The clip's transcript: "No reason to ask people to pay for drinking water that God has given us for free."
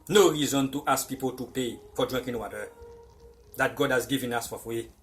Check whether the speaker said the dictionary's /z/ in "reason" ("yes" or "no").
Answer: yes